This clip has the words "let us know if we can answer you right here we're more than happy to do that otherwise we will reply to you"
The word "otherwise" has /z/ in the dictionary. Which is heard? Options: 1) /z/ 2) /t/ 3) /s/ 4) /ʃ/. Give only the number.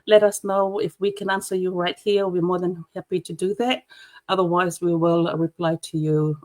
1